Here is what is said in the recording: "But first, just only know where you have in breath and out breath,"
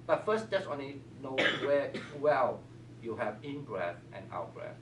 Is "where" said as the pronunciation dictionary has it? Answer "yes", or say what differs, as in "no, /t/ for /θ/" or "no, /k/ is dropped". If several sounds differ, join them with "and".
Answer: no, /l/ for /ɹ/